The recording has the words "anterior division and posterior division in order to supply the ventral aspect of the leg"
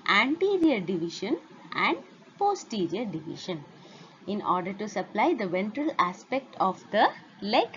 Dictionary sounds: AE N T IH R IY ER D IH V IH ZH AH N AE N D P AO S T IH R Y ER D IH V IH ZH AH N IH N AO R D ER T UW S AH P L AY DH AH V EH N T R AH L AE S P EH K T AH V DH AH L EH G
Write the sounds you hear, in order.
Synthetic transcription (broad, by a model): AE N T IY R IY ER D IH V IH SH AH N AE N D P AO S T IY R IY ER D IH V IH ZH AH N IH N AO R D ER T UW S AH P L AY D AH V EH N T R AH L AE S P EH K T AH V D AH L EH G